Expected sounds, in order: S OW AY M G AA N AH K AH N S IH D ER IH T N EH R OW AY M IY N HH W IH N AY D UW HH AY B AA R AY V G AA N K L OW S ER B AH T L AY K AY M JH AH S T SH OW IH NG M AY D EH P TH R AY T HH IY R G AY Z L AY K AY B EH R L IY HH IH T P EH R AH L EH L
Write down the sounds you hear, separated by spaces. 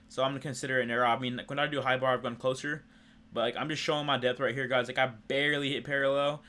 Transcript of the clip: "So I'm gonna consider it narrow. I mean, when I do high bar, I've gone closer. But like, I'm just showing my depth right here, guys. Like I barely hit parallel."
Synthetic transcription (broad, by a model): S OW AY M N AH K AH N S IH D ER IH T N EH R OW AY M IY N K W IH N AY D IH HH AY B AA R AY V G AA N K L OW S ER B AH T L AY K AY M JH AH S T SH OW IH NG M AY D EH P TH R AY T HH IY R G AY Z L AY K AY B EH R L IY HH IH T P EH R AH L EH L